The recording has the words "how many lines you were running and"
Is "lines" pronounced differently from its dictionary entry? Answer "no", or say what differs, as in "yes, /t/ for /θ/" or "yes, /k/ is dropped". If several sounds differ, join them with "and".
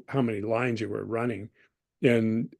no